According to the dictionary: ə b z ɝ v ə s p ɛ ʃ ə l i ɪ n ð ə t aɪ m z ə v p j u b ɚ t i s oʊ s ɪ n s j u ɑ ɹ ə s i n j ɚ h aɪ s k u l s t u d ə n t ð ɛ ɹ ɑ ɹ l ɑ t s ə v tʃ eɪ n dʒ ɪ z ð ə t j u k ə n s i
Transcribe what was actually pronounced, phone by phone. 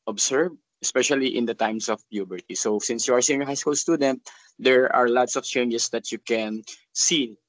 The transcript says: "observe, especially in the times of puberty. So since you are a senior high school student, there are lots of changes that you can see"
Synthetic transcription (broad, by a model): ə b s ɝ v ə s p ɛ ʃ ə l i ɪ n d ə t aɪ m s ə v p j u b ɚ t i s oʊ s ɪ n s j u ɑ ɹ s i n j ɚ h aɪ s k u l s t u d ə n t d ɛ ɹ ɑ ɹ l ɑ t s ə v tʃ eɪ n dʒ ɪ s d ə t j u k ə n s i